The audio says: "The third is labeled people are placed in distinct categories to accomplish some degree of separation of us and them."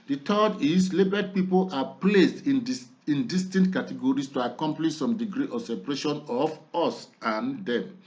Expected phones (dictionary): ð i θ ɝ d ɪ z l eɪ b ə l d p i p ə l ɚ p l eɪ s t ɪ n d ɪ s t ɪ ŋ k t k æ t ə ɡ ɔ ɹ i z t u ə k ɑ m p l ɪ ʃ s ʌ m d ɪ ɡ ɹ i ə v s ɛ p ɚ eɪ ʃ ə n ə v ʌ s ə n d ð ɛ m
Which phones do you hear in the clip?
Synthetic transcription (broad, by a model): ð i t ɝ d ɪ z l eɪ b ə d p i p ə l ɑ p l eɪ s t ɪ n d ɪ s t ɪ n t k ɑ t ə ɡ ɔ ɹ i s t u ə k ɑ m p l ɪ ʃ s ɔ m d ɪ ɡ ɹ i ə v s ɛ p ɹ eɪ ʃ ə n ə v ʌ s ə n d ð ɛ m